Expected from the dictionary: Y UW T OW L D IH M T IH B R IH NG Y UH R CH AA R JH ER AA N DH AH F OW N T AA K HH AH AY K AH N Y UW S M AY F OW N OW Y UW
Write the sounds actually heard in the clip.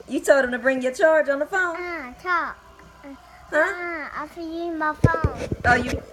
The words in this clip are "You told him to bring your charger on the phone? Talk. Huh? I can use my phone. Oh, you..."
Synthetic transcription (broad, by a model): Y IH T OW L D IH M T IH B R IH NG Y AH R CH AA R JH N DH AH F OW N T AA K HH AH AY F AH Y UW M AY F OW N OW Y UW